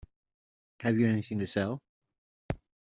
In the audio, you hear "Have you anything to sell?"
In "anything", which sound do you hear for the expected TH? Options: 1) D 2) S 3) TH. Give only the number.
2